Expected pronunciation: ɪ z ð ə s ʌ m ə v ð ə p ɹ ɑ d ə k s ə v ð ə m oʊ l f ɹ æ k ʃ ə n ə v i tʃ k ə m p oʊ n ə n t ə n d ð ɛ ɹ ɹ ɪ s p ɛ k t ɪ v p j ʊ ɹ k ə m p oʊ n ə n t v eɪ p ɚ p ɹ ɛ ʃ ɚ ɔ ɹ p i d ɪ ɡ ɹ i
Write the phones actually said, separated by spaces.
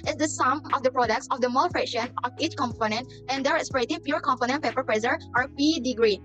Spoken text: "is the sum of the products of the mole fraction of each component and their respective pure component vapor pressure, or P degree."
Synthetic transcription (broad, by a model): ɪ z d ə s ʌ m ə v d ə p ɹ ɑ d ə k s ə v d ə m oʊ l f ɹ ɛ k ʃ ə n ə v i tʃ k ə m p oʊ n ə n t ə n d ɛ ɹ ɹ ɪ s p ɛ t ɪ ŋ p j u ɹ k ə m p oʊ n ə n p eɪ p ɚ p ɹ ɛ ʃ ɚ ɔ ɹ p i d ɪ ɡ ɹ i